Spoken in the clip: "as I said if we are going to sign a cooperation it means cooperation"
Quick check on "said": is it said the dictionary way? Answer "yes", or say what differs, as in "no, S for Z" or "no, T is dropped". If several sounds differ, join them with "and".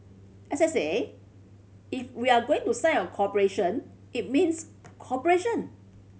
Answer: no, D is dropped